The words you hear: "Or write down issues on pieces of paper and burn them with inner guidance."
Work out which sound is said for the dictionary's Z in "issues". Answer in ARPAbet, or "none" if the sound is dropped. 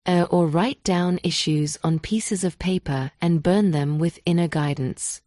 Z